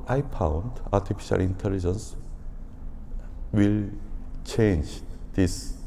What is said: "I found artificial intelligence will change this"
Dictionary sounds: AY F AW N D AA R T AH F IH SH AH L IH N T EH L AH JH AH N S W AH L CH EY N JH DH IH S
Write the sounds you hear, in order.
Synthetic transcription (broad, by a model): AY P AW N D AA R T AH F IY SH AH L IH N T EH L AH JH AH N S W AH L CH EY N JH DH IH S